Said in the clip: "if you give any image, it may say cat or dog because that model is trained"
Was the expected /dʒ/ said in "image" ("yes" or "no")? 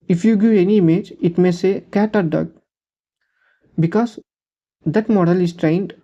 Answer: yes